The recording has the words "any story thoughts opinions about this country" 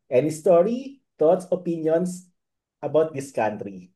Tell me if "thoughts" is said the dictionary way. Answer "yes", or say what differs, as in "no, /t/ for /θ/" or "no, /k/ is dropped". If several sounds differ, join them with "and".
no, /t/ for /θ/